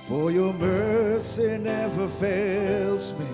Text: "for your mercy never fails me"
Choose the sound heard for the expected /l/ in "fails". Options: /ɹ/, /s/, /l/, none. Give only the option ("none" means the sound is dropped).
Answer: /l/